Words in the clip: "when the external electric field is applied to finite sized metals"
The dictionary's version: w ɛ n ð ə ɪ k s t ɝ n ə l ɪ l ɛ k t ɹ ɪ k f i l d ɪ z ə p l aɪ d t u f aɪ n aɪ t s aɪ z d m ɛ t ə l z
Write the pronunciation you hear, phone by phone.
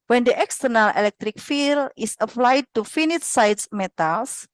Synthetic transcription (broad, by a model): w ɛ n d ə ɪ k s t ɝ n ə l ɪ l ɛ k t ɹ ɪ k f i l ɪ s ə p l aɪ d t u f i n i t s aɪ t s m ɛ t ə l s